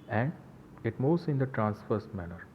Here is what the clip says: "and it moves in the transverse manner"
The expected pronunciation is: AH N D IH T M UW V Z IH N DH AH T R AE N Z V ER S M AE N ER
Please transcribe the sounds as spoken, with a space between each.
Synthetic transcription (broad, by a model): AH N D IH T M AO Z IH N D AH T R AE N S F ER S M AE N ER